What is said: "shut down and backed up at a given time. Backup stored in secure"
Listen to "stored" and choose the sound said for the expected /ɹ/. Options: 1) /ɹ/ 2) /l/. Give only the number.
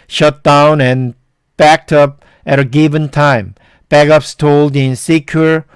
2